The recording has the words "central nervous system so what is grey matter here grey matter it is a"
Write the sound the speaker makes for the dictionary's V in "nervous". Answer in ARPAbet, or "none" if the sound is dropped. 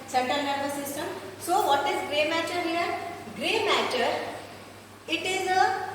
B